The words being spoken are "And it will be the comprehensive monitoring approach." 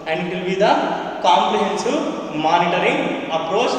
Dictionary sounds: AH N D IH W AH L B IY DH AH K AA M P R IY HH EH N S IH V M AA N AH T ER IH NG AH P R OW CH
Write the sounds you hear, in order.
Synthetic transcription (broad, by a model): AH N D IH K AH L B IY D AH K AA M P L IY HH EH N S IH M AA N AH T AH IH NG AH P R OW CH